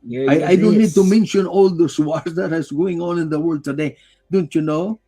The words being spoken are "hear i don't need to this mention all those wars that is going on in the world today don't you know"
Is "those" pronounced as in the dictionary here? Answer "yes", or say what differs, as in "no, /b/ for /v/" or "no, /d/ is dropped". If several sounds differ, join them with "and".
no, /s/ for /z/